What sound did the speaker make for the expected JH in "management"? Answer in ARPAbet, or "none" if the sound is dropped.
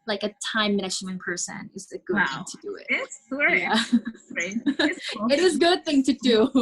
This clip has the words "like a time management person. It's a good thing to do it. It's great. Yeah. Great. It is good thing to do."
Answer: SH